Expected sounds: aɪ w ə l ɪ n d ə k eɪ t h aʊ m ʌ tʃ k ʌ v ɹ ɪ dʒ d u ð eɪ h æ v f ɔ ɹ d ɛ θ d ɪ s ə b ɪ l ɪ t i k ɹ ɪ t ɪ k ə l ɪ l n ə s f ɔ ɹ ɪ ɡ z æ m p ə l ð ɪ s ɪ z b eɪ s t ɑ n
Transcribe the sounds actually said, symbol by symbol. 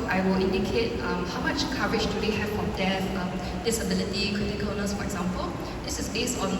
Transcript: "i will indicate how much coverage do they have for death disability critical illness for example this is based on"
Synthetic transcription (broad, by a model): aɪ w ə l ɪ n d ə k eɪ t h aʊ m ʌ tʃ k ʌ ɹ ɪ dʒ d u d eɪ h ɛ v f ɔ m d ɛ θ d ɪ s ə b ɪ l ɪ t i k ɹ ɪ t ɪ k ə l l n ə s f ɔ ɹ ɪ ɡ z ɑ m p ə l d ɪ s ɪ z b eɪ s ɑ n